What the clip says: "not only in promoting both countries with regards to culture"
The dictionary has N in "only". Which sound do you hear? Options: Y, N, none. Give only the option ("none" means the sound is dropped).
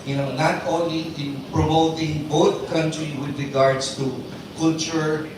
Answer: N